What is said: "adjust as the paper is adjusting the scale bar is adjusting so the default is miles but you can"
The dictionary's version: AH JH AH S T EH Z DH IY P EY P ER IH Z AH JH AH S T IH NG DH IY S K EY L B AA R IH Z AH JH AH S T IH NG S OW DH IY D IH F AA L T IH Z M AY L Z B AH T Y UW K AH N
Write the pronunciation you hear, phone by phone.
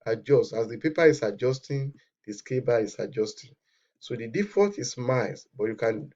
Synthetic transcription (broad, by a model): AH JH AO S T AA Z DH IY P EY P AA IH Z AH JH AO S T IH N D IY S K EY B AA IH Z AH JH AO S T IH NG S OW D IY D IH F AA T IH S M AY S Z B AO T Y UW K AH N